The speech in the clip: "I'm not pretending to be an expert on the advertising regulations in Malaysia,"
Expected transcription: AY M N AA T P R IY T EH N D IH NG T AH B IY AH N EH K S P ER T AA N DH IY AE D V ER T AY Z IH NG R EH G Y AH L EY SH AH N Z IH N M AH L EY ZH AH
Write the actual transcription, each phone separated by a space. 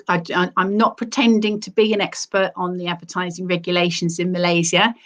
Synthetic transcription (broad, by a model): AY M N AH T P R IY T EH N D IH NG T AH B IY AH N EH K S P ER T N DH IY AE D V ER T AY Z IH NG R EH G Y AH L EY SH AH N Z IH N M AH L EY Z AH